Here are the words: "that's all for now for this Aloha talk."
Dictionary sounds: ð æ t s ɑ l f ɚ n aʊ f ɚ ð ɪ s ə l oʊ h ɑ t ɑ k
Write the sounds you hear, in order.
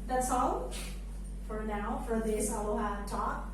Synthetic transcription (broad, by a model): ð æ t s ɑ l f ɚ n aʊ f ɚ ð ɪ s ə w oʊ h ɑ t ɑ k